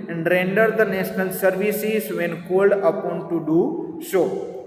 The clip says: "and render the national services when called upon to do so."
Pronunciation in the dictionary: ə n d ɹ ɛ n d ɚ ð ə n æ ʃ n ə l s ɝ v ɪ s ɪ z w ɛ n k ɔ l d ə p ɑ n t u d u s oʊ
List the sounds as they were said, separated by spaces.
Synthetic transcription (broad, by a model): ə n d ɹ ɛ n d ɚ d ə n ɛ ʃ n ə l s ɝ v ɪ s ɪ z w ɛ n k ɔ l d ə p ɑ n t u d u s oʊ